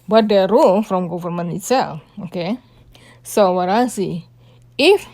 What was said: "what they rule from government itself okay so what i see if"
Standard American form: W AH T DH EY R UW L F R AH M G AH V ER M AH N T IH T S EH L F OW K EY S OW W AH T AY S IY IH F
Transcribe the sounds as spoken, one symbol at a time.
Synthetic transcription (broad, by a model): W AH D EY R UW L F R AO M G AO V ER M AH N IH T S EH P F OW K EY S OW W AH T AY S IY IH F